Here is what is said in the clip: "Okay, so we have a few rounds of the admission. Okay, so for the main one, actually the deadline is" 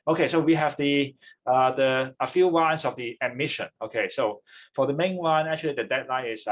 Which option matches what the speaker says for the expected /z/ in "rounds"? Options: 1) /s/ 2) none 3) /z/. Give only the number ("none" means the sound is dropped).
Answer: 1